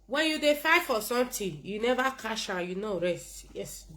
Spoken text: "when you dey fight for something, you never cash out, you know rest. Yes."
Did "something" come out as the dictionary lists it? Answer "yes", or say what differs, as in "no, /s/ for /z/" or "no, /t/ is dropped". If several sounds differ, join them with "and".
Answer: no, /t/ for /θ/